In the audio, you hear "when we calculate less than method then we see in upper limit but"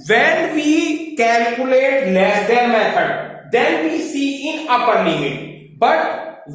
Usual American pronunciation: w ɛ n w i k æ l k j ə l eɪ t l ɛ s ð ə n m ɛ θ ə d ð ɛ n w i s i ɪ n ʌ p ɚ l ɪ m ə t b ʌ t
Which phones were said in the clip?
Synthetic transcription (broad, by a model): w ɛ n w i k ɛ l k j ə l eɪ t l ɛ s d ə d m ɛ t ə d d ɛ n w i s i ɪ n ʌ p ɚ n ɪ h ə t b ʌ t